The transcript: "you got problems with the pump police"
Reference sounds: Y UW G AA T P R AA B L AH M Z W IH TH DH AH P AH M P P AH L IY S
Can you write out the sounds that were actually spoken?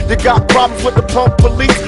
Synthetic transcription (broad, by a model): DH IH G AA T P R AA B L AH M W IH DH AH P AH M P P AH L IY S